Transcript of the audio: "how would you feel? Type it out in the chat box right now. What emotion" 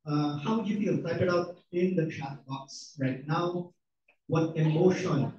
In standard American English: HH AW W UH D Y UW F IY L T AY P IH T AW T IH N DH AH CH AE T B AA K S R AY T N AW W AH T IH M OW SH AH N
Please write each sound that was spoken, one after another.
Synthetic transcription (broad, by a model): HH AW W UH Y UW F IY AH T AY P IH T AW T IH N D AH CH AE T B AA K S R AY T N AW W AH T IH M OW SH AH N